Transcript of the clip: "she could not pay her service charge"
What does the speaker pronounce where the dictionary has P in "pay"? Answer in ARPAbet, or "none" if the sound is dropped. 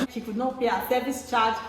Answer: B